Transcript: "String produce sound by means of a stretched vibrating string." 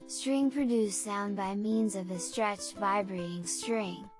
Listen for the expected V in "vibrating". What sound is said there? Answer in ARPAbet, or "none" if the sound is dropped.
V